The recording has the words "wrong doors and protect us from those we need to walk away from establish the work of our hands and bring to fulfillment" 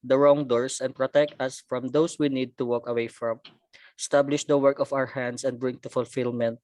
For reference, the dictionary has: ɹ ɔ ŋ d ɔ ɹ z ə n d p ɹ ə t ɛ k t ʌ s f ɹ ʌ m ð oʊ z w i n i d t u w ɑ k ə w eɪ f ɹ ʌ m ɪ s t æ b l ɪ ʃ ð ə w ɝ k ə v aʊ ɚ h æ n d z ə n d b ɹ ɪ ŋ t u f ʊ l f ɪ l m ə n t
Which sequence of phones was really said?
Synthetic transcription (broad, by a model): ɹ ɔ ŋ d ɔ ɹ s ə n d p ɹ ə t ɛ k t ʌ s f ɹ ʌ m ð oʊ s w i n i d t u w ɑ k ə w eɪ f ɹ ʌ m s t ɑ b l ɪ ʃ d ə w ɝ k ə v aʊ ɚ h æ n d s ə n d b ɹ ɪ ŋ t u f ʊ l f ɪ l m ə n t